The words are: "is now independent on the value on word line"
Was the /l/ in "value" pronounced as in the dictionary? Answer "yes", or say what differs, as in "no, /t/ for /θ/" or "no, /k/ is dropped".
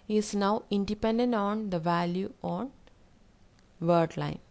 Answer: yes